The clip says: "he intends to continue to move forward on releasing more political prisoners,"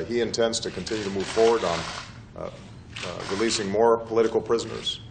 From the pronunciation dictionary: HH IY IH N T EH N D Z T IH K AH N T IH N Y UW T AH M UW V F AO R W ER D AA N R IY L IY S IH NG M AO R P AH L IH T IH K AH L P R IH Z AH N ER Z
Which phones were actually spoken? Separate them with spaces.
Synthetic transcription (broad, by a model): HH IY IH N T EH N D Z T IH K N T IH N Y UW T AH M UW V F AO R W ER D N R IY L IY S IH NG M AO R P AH L IH T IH K L P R IH Z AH N ER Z